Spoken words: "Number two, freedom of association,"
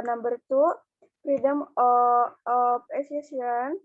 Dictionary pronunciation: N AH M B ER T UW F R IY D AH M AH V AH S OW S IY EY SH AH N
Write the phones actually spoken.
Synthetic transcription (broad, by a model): N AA M B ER T UW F R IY D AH M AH P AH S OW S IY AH N